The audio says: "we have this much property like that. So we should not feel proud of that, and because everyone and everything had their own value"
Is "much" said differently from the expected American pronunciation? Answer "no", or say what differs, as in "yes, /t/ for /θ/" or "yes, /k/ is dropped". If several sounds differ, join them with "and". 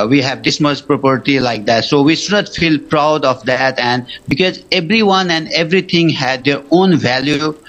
yes, /s/ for /tʃ/